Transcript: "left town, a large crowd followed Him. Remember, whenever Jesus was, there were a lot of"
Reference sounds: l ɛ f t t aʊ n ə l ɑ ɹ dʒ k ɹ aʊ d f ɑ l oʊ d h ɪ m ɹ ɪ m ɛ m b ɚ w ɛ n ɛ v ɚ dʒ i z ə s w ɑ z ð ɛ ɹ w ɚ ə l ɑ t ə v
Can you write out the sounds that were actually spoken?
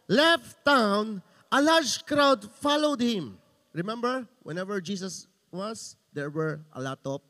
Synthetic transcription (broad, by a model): l ɛ f t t aʊ n ə l ɑ ɹ dʒ k ɹ aʊ d f ɑ l oʊ d h ɪ m ɹ ɪ m ɛ m b ɚ w ɛ n ɛ v ɚ dʒ i s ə s w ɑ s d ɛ ɹ w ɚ ə l ɑ t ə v